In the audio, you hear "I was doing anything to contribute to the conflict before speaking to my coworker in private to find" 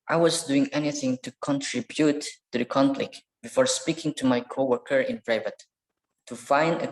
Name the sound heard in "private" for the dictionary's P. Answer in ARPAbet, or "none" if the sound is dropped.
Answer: B